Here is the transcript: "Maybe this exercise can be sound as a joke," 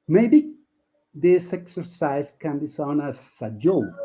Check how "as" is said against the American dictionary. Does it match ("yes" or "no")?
no